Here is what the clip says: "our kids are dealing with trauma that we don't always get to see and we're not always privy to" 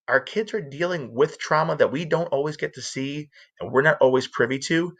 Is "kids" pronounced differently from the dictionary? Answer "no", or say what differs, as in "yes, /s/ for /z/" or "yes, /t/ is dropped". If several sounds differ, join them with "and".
no